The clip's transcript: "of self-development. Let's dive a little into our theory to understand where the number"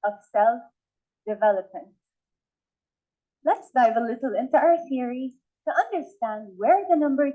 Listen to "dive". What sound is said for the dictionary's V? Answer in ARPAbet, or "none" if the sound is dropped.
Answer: V